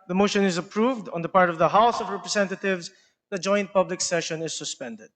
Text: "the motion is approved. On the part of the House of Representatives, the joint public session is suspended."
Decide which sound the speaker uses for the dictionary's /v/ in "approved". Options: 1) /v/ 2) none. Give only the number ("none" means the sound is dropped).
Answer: 1